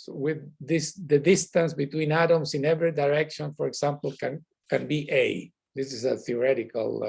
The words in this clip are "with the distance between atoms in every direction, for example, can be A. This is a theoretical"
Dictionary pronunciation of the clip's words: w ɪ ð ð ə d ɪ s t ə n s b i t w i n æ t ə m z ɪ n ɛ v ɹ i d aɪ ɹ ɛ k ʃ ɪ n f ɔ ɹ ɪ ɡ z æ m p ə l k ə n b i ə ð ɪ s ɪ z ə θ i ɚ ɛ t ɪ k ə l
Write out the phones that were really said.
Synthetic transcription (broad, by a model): w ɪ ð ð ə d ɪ s t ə n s b i t w i n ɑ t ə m s ɪ n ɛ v ɹ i d aɪ ɹ ɛ k ʃ ɪ n f ɔ ɹ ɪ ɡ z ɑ m p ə n k ə n b i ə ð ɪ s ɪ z ə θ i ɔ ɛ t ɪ k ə l